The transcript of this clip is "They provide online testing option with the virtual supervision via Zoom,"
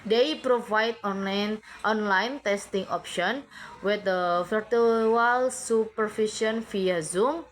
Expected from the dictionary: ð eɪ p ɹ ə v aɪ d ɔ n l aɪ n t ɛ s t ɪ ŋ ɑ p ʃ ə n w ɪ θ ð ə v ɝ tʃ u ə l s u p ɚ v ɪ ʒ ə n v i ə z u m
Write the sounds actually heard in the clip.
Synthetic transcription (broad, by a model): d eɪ p ɹ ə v aɪ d ɔ n l aɪ n t ɛ s t ɪ ŋ ɑ p ʃ ə n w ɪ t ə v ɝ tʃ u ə l s u p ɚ f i ʃ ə n f i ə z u m